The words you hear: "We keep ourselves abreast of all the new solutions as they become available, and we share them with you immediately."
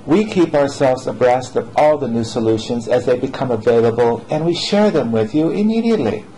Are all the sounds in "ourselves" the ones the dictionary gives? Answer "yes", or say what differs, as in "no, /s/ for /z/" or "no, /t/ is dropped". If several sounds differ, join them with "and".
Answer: yes